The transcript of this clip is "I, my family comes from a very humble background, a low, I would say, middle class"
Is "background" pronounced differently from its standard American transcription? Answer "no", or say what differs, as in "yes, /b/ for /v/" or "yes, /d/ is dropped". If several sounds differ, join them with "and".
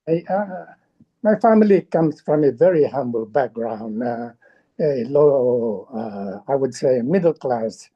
no